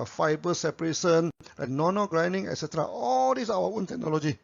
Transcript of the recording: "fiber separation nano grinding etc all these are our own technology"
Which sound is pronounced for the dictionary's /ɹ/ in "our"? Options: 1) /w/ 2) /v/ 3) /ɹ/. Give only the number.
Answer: 1